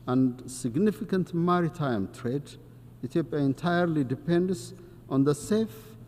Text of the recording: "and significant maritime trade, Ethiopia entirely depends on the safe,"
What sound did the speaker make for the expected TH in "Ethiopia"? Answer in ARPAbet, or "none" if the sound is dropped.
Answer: T